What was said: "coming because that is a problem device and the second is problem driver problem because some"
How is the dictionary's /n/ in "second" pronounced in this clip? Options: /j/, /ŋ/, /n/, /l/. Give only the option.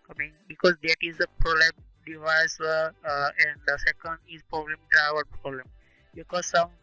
/n/